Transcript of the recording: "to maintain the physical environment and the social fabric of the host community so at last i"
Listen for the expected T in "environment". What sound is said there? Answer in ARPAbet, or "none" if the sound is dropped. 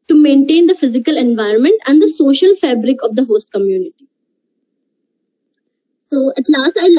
T